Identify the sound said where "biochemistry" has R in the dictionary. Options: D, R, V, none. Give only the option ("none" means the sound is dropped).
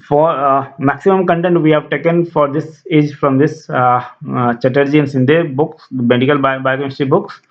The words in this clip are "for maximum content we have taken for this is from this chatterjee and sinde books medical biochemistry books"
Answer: none